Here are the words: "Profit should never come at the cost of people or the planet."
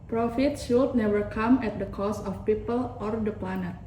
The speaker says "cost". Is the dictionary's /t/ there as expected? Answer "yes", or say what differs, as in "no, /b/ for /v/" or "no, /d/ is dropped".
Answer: no, /t/ is dropped